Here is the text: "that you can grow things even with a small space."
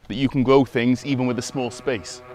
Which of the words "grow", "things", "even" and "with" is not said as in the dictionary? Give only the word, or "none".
none